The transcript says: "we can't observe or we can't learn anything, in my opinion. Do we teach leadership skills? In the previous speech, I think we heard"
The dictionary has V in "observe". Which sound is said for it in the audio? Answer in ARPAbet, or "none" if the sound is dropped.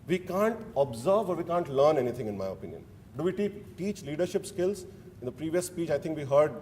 V